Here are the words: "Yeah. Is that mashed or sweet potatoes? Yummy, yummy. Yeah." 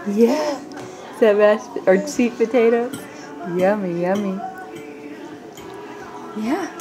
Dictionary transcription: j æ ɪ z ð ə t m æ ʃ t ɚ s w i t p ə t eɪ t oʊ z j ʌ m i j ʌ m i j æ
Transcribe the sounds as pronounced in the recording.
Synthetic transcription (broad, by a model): j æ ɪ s ð ə t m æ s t ɚ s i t p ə t eɪ t oʊ j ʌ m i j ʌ m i j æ